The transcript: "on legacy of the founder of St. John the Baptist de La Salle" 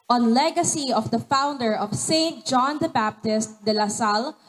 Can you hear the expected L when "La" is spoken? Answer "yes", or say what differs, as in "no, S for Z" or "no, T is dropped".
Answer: yes